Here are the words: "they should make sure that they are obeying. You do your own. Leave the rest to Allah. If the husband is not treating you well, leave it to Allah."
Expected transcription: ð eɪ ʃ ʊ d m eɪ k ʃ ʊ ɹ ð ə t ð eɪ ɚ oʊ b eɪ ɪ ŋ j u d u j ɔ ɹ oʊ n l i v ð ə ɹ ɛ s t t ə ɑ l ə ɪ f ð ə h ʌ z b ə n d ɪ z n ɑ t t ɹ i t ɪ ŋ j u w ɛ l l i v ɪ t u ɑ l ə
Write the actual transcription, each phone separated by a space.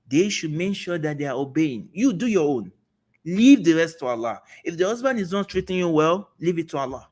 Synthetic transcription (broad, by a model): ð eɪ ʃ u d m eɪ k ʃ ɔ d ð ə t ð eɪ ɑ oʊ b eɪ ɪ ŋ j u d u j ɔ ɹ oʊ n l i v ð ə ɹ ɛ s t t ə ɑ l ə ɪ f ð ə h ʌ z b ə n d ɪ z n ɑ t t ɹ i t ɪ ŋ j u w ɛ l l i v ɪ t u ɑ l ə